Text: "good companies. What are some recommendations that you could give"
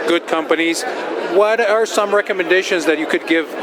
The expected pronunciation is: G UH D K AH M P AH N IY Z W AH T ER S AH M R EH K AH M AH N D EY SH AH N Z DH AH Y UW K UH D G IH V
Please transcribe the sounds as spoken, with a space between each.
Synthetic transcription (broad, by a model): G UH D K AH M P AH N IY Z W AH T ER S AH M R EH K AH M AH N D EY SH AH N Z DH AH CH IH K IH D G IH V